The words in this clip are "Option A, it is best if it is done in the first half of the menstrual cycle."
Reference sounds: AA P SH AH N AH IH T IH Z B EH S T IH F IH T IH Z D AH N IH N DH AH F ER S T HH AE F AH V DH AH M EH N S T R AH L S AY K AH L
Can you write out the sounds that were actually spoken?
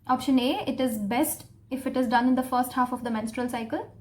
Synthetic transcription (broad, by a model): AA P SH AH N AH IH T IH Z B EH S T IH F IH T IH Z D AH N IH N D AH F ER S T HH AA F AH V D AH M EH N S T R AH L S AY K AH L